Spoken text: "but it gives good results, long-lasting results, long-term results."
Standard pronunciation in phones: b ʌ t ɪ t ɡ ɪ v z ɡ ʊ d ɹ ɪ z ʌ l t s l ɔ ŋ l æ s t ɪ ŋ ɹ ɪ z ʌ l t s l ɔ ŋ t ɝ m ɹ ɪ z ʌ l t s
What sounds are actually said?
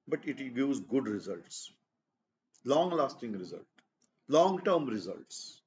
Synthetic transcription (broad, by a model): b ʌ t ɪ t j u z ɡ ʊ d ɹ ɪ z ʌ l t s l ɔ ŋ l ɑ s t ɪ ŋ ɹ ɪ z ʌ l t l ɔ ŋ t ɝ m ɹ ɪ z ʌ l t s